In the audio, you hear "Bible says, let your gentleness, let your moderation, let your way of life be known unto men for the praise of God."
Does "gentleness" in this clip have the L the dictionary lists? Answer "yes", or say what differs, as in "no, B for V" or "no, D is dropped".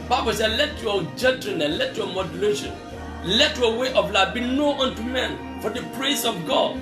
no, L is dropped